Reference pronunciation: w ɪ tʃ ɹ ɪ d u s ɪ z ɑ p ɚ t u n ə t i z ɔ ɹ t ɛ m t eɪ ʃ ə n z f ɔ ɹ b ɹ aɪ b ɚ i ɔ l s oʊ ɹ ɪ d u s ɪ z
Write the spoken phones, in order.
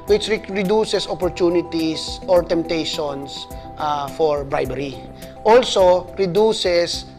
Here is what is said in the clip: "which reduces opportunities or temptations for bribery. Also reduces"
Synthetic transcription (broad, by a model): w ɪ tʃ ɹ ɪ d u s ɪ s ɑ p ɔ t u n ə t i s ɔ ɹ t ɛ m t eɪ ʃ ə n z f ɔ ɹ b ɹ aɪ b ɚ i ɔ l s oʊ ɹ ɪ d u s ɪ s